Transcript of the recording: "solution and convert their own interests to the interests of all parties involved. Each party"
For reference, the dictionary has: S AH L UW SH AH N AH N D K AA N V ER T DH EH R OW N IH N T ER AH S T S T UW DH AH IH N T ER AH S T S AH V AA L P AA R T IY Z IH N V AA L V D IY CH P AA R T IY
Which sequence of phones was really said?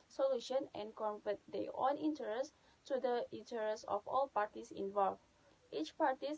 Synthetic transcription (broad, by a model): S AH L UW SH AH N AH N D K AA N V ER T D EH OW N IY N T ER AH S S T UW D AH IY N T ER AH S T AH F AA L P AA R T IY S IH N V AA L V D IY CH P AA R T IY